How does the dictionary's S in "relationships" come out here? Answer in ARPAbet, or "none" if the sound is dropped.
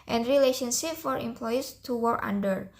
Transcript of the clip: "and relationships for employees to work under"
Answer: none